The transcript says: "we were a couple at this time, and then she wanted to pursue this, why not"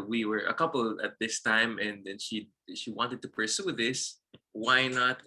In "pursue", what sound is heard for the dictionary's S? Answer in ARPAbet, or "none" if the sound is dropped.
S